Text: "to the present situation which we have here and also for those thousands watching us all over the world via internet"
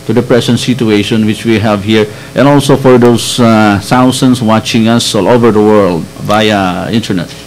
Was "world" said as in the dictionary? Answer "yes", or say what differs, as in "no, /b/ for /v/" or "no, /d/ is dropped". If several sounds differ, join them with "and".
yes